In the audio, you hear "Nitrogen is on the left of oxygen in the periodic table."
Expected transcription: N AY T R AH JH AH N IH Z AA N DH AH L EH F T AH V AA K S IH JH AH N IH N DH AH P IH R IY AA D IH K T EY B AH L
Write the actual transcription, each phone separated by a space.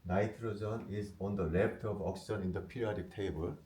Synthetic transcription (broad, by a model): N AY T R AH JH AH N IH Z AA N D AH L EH P T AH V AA K S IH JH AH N IH N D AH P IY R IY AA D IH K T EY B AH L